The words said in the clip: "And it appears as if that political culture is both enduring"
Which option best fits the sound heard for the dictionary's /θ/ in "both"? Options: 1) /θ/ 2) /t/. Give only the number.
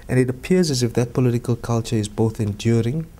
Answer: 1